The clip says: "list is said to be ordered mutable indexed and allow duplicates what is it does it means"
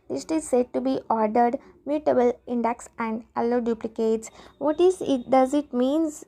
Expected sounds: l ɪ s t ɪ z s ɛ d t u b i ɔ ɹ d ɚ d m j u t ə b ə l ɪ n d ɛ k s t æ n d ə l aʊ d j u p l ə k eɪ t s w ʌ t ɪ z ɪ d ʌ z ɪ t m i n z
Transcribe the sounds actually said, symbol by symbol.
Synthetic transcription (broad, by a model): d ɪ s t ɪ z s ɛ d t u b i ɔ ɹ d ɚ d m j u t ə b ə l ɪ n d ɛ k s æ n d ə l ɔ d j u p l ə k eɪ t s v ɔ t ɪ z ɪ d ʌ z ɪ t m i n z